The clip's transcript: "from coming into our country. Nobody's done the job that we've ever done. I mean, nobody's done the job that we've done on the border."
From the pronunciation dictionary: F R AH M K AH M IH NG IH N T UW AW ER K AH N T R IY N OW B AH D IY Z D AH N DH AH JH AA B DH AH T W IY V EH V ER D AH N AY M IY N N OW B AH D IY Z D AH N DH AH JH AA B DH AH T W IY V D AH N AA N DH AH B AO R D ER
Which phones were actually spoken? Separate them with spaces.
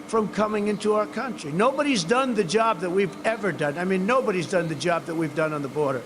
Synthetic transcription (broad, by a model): F R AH M K AH M IH NG IH N T UW AW ER K AH N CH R IY N OW B AH D IY Z D AH N DH AH JH AA B DH AH T W IY V EH V ER D AH N AY M IY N N OW B AH D IY Z D AH N DH AH JH AA B DH AH T W IY V D AH N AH N DH AH B AO R D ER